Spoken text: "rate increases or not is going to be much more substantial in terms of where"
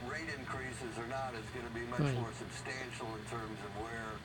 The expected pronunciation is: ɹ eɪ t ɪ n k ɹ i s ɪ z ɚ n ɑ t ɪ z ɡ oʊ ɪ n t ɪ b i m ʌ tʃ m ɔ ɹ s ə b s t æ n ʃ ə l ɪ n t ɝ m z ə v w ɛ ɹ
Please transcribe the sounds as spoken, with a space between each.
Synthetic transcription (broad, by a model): ɹ eɪ t ɪ n k ɹ i s ɪ z ɚ n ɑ t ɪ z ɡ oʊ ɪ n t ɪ b i m ʌ tʃ m ɔ ɹ s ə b s t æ n ʃ l ɪ n t ɝ m z ə v w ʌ ɹ